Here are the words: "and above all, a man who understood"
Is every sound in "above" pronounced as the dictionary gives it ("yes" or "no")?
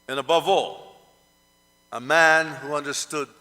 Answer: yes